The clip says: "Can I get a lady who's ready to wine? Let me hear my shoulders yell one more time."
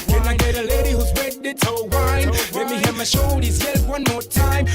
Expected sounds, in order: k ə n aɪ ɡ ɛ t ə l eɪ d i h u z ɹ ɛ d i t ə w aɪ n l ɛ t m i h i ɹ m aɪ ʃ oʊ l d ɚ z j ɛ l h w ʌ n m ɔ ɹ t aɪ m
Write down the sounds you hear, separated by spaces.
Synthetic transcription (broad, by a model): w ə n aɪ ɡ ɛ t ə l eɪ d i h u z w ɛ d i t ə w aɪ n l ɛ t m i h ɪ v m aɪ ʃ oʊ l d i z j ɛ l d w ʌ n m ɔ ɹ t aɪ m